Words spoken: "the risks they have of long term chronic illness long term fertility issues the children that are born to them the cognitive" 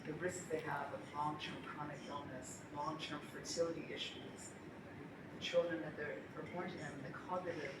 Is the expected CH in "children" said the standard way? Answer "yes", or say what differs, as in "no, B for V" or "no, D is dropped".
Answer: yes